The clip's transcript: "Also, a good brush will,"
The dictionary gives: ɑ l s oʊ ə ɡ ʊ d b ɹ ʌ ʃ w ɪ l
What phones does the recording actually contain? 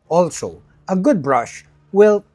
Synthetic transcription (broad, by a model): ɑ l s oʊ ə ɡ ʊ d b ɹ ʌ ʃ w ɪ l